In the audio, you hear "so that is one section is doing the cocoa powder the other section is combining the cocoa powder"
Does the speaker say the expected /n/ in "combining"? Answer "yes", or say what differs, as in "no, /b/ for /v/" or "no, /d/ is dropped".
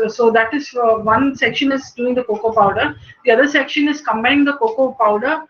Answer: no, /n/ is dropped